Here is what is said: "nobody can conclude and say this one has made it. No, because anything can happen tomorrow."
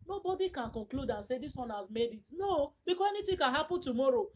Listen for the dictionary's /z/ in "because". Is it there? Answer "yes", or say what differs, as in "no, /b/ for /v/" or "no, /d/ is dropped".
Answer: no, /z/ is dropped